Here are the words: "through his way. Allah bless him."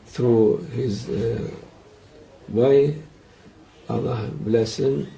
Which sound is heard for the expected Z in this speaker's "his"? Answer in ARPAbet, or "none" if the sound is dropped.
Z